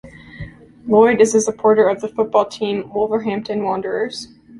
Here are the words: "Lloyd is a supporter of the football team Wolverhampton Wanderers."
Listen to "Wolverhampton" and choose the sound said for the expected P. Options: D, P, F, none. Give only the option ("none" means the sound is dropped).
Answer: P